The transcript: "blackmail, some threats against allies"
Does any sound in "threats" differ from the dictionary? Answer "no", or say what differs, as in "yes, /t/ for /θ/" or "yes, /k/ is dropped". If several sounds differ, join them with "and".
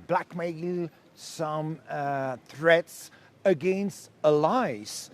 no